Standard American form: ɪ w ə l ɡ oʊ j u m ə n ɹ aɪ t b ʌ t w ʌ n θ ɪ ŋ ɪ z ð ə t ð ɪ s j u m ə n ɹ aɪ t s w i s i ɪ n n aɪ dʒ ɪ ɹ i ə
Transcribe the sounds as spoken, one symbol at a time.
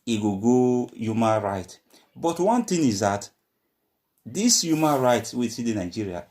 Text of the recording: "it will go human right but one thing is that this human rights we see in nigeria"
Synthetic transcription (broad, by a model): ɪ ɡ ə ɡ oʊ j u m ə n ɹ aɪ t b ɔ t w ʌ n t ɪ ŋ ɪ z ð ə t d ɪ s j u m ə n ɹ aɪ t s w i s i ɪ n n aɪ dʒ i ɹ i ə